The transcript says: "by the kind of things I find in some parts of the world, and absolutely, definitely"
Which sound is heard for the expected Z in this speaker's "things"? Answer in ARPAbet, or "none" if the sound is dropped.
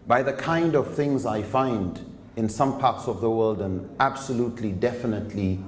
Z